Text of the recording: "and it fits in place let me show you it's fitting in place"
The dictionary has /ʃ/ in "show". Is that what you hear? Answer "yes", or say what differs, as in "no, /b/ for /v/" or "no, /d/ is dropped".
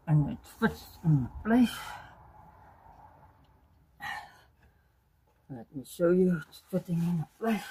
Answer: no, /s/ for /ʃ/